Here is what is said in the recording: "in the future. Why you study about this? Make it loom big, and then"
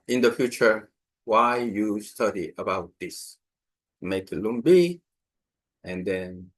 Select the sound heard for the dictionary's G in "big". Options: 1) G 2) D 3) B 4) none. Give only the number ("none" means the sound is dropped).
4